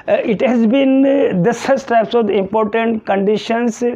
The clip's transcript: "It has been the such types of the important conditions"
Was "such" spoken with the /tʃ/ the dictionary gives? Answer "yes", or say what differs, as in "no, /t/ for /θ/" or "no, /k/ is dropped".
no, /s/ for /tʃ/